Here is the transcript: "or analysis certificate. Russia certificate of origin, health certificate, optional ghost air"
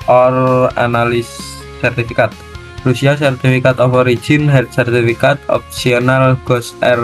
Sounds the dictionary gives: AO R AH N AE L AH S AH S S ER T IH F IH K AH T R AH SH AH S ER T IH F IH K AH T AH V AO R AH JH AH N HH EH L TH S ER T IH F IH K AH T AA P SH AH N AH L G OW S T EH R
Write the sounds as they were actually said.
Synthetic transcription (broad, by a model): AO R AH N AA L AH S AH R T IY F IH K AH T R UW S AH S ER T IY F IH K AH T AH F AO R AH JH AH N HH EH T S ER T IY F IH K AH T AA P S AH N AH L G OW S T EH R